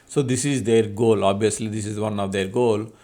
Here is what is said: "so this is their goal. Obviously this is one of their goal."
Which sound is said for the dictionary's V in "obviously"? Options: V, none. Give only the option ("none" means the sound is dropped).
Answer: none